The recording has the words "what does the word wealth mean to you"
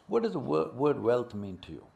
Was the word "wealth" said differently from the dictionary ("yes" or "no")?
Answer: yes